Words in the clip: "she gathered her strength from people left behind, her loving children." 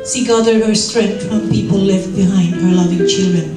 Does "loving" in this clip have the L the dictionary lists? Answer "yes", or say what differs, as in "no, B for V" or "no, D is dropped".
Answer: yes